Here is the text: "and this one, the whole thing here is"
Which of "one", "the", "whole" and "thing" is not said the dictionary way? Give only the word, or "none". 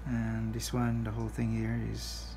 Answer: none